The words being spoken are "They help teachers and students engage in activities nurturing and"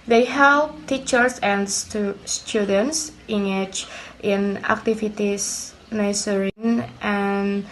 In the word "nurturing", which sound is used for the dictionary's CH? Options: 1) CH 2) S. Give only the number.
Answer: 2